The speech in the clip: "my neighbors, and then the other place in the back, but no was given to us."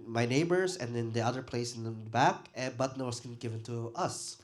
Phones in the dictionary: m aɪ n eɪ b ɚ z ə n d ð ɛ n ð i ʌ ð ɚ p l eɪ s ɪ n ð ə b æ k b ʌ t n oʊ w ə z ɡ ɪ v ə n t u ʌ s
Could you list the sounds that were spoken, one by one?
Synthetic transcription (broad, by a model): m aɪ n eɪ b ɚ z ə n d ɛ n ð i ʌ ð ɚ p l eɪ s ɪ n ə b æ k b ʌ t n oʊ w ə s ɡ ɪ v ə n t u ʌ s